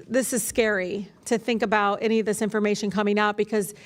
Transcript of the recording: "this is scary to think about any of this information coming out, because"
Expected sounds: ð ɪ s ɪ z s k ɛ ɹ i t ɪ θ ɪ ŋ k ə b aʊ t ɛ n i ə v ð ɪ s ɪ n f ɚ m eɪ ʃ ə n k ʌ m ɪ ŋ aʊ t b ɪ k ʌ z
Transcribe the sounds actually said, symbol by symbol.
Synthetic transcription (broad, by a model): ð ɪ s ɪ z s k ɛ ɹ i t ɪ θ ɪ ŋ k ə b aʊ t ɛ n i ə v ð ɪ s ɪ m f ɚ m eɪ ʃ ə n k ʌ m ɪ ŋ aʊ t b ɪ k ʌ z